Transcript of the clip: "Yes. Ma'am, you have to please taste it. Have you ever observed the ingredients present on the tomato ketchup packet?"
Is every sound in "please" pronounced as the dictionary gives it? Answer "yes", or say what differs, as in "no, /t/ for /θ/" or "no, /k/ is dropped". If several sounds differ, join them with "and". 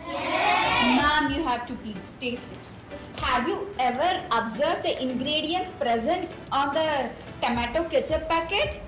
no, /l/ is dropped